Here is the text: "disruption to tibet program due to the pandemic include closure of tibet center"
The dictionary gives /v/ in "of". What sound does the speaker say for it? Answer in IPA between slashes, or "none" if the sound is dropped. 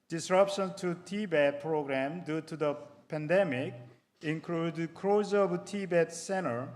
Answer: /b/